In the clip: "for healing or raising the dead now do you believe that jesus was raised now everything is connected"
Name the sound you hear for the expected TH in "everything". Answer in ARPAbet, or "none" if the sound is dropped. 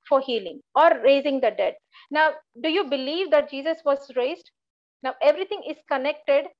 T